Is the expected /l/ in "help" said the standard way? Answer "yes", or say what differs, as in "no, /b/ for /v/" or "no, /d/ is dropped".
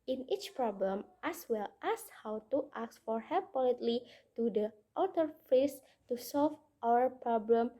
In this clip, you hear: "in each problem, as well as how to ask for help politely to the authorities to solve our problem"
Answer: no, /l/ is dropped